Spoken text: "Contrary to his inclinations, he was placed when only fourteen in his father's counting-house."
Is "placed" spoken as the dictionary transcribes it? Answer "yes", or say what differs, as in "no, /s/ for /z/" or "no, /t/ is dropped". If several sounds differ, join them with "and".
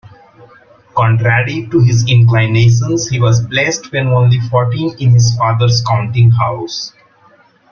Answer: no, /b/ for /p/